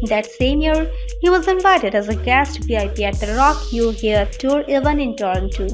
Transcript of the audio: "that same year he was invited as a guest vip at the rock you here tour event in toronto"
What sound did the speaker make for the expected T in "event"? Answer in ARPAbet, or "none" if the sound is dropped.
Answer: none